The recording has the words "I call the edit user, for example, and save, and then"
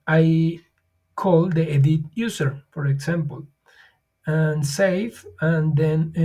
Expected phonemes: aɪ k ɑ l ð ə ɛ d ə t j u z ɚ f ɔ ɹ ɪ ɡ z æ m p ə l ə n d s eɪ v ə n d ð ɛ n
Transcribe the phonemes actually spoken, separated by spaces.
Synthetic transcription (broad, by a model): aɪ k ɑ l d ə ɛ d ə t j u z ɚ f ɔ ɹ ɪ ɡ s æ m p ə l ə n s eɪ f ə n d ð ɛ n